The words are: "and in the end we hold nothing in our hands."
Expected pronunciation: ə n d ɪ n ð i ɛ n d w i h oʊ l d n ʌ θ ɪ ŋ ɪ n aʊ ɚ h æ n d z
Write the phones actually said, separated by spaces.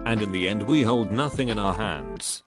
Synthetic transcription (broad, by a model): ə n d ɪ n ð i ɛ n d w i h oʊ l d n ʌ θ ɪ ŋ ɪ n aʊ ɚ h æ n d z